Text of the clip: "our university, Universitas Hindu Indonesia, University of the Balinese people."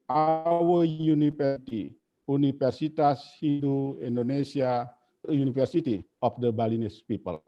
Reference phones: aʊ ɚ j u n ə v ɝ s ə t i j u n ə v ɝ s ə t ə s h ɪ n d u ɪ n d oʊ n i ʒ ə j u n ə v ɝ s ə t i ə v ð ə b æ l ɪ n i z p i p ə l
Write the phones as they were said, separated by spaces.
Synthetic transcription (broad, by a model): aʊ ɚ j u n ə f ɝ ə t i u n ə f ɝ s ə t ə s h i d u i n d oʊ n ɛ s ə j u n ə f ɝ s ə t i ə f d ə b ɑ l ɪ n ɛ s p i p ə l